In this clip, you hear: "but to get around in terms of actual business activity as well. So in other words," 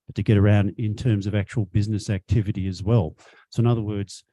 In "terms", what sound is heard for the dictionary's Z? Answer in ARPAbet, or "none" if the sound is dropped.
Z